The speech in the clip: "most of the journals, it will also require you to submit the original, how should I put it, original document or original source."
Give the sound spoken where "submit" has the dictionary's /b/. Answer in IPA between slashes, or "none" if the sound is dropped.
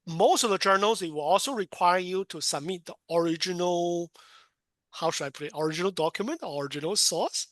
/b/